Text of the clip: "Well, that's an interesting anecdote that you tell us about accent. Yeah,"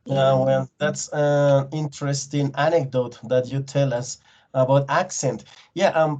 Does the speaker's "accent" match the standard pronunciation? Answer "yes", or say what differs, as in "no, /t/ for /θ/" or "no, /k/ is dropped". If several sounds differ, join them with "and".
yes